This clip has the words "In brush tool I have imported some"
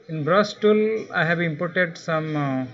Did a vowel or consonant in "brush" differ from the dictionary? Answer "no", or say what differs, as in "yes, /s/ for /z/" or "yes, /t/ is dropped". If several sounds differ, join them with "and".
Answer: yes, /s/ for /ʃ/